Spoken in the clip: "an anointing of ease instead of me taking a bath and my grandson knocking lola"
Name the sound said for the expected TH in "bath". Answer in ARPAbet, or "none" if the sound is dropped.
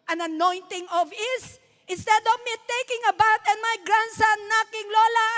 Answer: T